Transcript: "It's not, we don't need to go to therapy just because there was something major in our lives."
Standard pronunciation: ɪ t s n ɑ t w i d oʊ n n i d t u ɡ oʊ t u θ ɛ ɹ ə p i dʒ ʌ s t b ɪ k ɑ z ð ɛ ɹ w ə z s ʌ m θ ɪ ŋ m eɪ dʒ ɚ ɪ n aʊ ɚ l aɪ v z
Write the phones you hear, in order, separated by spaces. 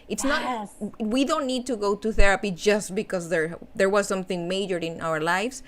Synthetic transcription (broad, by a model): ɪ t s n ɑ t w i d oʊ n n i d t u ɡ oʊ t u θ ɛ ɹ ə p i dʒ ʌ s t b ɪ k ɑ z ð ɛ ɹ w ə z s ʌ m θ ɪ ŋ m eɪ dʒ ɚ ɪ n aʊ ɚ l aɪ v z